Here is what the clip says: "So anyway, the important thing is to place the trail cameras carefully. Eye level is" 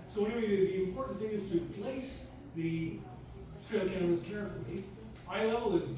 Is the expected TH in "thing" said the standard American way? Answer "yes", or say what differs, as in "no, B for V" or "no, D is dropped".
yes